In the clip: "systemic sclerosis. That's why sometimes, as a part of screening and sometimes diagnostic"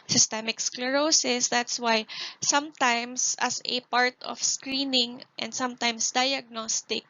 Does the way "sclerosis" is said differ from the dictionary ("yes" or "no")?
no